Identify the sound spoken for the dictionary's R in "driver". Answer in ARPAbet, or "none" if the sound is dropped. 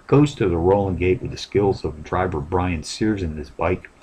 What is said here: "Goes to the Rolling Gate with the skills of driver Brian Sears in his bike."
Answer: R